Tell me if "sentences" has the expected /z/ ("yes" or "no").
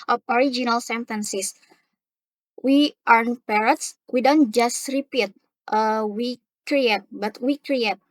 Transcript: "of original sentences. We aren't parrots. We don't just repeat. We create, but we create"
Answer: no